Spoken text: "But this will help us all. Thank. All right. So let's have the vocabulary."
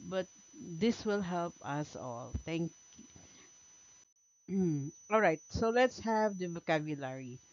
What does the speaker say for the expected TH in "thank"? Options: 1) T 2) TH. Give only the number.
1